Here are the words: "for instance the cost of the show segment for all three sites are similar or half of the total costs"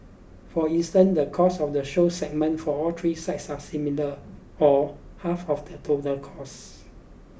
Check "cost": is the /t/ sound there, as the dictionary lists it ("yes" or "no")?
no